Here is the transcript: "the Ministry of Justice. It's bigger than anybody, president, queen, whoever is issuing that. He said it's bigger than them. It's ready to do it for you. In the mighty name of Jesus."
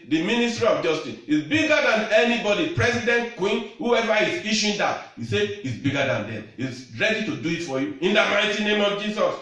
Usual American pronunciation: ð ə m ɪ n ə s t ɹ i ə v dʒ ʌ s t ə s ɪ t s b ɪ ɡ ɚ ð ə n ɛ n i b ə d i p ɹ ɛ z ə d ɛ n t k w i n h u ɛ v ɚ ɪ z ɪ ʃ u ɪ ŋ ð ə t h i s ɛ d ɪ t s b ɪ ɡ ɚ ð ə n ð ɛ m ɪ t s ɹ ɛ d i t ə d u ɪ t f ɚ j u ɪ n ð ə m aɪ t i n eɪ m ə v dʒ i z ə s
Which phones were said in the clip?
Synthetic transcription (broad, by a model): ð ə m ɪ n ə s t ɹ i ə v dʒ ʌ s t ə s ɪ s b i ɡ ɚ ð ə n ɛ n i b ə d i p ɹ ɛ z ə d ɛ n t k w i n h u ɛ v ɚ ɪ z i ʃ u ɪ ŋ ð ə t h i s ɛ ɪ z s b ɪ ɡ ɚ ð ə n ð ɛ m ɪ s ɹ ɛ d i t ə d u ɪ t f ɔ j u ɪ n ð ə m aɪ t i n eɪ m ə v dʒ i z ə s